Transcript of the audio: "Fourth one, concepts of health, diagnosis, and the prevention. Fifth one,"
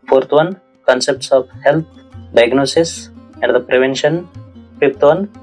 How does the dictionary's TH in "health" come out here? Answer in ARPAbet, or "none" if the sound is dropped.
T